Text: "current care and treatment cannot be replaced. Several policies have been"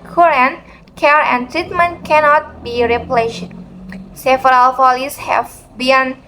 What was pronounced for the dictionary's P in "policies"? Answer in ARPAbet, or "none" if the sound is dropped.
F